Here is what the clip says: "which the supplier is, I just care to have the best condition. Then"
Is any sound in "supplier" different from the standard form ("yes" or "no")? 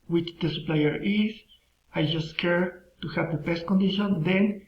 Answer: no